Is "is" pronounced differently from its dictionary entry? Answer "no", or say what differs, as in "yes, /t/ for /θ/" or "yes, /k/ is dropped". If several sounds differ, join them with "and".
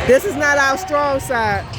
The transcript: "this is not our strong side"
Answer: no